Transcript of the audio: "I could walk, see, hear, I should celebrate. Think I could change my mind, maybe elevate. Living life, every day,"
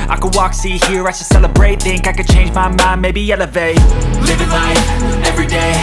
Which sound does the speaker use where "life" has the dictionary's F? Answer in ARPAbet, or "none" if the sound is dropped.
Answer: none